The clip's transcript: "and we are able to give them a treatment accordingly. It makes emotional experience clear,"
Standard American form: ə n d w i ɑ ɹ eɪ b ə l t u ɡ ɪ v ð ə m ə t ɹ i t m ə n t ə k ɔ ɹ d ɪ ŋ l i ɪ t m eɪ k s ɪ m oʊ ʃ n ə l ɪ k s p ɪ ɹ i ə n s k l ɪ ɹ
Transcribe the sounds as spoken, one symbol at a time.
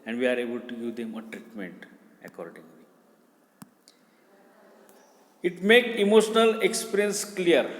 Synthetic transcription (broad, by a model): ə n d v i ɑ ɹ eɪ b ə l t u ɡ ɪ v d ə m ə t ɹ i t m ə n t ə k ɔ ɹ d ɪ ŋ l i ɪ t m eɪ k ɪ m oʊ ʃ n ə l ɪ k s p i ɹ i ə n s k l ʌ ɹ